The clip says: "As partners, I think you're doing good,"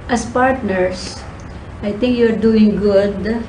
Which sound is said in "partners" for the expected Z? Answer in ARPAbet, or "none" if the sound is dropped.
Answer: S